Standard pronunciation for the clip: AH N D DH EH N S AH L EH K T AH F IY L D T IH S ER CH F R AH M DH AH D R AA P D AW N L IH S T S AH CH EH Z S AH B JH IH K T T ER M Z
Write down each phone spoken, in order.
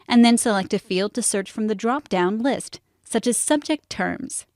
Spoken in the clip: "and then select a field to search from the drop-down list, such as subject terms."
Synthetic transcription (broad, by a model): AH N DH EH N S AH L EH K T AH F IY L D T IH S ER CH F R AH M DH AH D R AA P D AW N L IH S T S AH CH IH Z S AH B JH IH K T T ER M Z